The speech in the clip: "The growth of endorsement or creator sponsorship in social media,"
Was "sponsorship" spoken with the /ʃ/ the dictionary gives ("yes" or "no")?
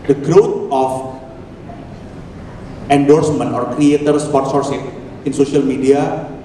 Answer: no